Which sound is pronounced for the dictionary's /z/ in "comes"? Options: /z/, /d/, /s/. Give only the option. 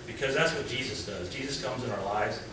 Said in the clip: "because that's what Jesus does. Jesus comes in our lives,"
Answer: /z/